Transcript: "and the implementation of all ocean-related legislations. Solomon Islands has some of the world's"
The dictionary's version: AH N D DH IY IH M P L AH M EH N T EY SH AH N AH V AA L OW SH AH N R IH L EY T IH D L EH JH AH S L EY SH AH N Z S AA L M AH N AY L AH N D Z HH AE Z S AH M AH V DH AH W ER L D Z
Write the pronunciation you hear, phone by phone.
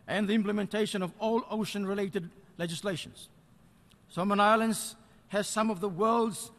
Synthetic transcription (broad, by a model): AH N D DH IY IH M P L AH M EH N T EY SH AH N AH V AA L OW SH AH N R IH L EY T IH D L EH JH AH S L EY SH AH N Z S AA M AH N AY L AH N D Z HH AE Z S AH M AH V DH AH W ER L D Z